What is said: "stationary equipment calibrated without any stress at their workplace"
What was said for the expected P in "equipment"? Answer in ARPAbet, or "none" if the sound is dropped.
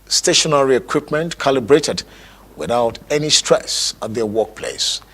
P